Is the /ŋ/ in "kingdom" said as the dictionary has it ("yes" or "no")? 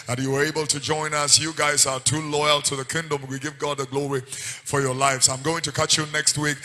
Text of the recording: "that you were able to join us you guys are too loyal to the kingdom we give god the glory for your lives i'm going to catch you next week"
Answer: yes